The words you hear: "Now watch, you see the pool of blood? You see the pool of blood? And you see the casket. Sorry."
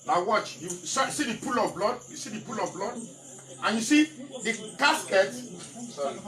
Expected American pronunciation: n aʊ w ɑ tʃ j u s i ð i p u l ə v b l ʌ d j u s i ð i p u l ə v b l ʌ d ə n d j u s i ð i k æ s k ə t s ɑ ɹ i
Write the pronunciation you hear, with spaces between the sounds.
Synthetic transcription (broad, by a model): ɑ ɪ w ɑ tʃ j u s i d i p u l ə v b l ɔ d j u s i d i p u l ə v b l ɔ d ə n j u s i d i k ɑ s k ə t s